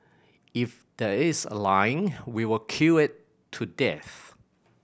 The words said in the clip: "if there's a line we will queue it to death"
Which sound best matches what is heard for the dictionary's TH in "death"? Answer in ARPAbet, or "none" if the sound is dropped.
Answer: TH